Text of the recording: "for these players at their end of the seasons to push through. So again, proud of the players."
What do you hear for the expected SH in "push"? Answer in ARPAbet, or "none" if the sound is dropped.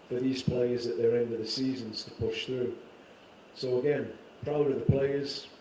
SH